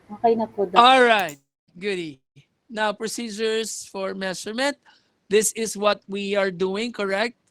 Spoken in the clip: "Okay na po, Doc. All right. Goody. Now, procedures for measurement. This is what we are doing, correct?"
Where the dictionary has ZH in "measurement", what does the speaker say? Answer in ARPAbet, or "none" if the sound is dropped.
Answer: S